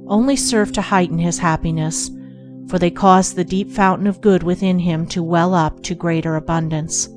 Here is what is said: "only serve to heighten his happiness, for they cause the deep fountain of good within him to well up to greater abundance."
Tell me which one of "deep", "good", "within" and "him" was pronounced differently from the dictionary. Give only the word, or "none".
none